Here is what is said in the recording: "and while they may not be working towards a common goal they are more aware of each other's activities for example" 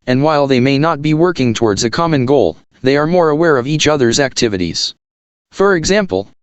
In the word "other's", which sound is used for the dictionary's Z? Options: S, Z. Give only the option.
Z